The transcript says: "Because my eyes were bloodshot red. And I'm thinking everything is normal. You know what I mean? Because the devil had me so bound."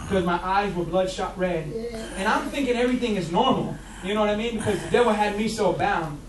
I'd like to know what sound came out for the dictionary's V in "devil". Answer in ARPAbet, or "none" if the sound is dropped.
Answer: W